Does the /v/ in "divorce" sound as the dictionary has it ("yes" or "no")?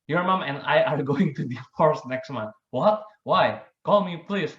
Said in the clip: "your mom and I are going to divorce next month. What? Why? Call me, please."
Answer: no